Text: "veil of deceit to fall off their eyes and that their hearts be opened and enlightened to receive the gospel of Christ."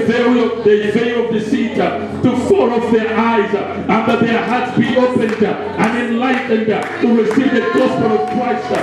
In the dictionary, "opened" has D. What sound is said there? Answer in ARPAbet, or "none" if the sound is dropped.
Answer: D